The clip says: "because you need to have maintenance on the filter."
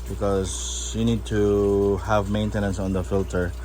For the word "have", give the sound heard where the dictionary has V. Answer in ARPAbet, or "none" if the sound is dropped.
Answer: V